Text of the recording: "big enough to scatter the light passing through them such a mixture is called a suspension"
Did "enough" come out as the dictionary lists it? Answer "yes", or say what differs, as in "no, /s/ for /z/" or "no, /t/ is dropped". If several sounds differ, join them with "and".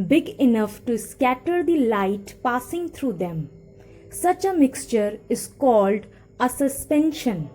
yes